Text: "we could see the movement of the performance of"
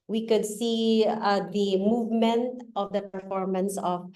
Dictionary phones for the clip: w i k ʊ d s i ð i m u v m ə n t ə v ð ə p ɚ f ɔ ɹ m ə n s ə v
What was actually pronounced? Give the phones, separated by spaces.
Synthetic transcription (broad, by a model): w i k ʊ d s i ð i m u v m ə n t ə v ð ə p ɚ f ɔ ɹ m ə n s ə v